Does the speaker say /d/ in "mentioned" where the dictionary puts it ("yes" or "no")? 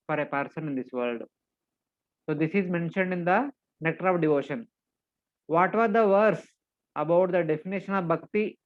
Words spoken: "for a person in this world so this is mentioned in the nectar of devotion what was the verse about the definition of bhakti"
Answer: yes